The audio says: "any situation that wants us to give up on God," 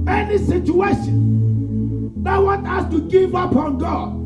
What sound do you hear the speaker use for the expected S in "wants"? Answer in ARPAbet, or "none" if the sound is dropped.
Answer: none